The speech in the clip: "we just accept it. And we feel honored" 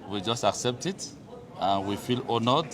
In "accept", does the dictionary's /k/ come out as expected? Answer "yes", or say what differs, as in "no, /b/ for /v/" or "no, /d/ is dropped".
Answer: yes